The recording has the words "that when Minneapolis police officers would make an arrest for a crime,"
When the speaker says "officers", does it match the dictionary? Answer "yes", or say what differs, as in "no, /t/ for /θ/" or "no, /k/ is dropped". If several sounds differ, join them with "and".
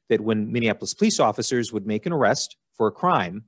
yes